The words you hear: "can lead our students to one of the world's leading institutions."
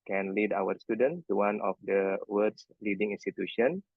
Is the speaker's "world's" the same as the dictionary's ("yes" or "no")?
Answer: no